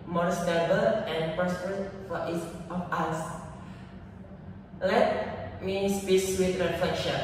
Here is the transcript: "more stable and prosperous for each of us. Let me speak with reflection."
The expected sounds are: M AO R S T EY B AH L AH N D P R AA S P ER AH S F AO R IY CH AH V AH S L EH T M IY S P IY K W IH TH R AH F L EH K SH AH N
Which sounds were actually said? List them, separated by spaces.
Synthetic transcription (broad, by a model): M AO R S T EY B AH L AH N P AA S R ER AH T F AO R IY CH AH F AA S L EH T M IY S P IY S W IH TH R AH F L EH K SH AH N